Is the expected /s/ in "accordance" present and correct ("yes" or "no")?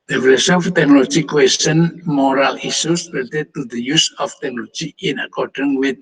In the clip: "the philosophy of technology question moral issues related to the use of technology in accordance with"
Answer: no